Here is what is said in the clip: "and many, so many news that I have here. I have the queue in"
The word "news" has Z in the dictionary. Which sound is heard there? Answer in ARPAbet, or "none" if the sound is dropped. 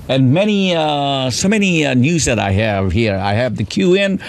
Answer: Z